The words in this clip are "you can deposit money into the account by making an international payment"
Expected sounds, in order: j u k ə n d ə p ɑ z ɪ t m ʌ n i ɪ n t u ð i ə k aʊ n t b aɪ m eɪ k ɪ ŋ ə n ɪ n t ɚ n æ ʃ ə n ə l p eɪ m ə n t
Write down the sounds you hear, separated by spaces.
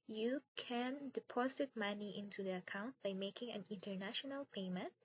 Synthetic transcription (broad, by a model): j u k ə n d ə p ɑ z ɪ t m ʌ n i ɪ n t u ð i ə k aʊ n t b aɪ m eɪ k ɪ ŋ ə n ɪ n t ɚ n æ ʃ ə n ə l p eɪ m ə n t